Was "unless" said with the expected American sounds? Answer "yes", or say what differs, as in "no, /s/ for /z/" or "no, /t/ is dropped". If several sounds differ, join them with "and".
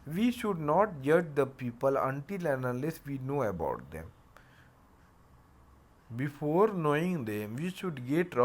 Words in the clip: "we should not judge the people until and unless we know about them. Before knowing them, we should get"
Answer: no, /n/ is dropped